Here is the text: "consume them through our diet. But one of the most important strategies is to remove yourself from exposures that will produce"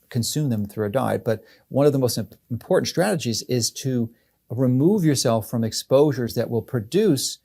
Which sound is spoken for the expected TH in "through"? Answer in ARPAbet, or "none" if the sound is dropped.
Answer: TH